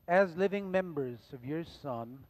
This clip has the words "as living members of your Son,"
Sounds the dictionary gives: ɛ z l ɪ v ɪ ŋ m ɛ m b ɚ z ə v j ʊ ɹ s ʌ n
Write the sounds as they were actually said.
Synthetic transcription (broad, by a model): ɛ z l ɪ v ɪ ŋ m ɛ m b ɚ z ə v j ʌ ɹ s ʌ n